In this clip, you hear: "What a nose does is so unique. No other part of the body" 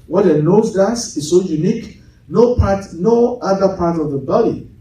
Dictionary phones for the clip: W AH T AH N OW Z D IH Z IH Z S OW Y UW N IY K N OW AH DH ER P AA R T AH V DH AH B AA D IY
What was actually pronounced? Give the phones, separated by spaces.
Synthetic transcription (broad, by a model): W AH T AH N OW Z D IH S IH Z S OW Y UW N IY K N OW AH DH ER P AA R T AH V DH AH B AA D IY